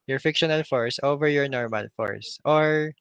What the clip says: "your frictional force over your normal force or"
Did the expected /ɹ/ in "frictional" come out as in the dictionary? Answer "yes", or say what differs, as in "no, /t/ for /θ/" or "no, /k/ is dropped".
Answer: no, /ɹ/ is dropped